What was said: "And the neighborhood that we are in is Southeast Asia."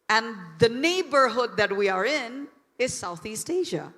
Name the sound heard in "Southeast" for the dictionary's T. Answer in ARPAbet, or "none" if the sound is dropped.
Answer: T